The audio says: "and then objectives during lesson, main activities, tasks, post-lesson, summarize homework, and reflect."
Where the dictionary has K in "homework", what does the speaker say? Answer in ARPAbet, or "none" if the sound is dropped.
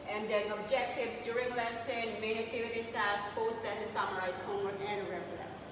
none